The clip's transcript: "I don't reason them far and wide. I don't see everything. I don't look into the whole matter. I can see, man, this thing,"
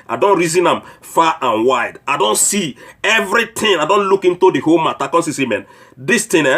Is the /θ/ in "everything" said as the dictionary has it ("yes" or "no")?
no